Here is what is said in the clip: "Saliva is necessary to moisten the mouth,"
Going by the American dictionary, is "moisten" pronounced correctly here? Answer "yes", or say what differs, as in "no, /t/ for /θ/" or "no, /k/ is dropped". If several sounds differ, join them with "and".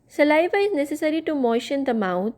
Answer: no, /ʃ/ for /s/